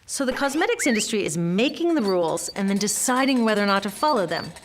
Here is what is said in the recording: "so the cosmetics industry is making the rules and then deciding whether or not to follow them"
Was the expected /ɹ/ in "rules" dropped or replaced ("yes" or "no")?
no